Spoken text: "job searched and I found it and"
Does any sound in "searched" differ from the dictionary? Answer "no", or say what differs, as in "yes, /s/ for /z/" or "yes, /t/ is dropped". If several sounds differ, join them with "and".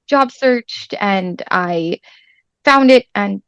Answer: no